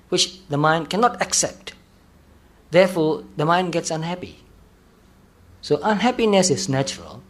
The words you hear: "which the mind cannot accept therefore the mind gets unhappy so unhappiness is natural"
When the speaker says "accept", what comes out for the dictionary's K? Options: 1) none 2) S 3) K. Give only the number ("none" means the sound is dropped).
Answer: 3